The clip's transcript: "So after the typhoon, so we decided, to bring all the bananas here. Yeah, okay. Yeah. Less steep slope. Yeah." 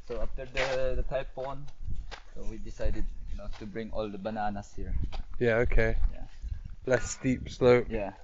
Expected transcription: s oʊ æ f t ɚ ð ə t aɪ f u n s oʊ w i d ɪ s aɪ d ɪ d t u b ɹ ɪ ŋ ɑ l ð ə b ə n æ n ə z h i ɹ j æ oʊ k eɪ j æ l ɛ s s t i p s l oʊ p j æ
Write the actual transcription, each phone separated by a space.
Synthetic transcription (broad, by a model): s oʊ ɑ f t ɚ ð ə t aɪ p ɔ n s oʊ w i d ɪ s aɪ d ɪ d t u b ɹ ɪ ŋ ɑ l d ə b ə n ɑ n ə s h i ɹ j æ oʊ k eɪ j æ l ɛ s s t i p s l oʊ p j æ